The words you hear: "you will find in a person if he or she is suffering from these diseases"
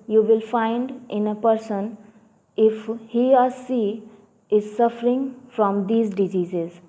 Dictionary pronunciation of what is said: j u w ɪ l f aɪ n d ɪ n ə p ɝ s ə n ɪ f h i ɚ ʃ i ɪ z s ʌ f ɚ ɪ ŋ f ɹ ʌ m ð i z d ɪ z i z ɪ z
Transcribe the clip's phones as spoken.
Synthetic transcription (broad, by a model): j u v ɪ l f aɪ n d ɪ n ə p ɝ s ə n ɪ f h i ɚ s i ɪ z s ʌ f ɚ ɪ ŋ f ɹ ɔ m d i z d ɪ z i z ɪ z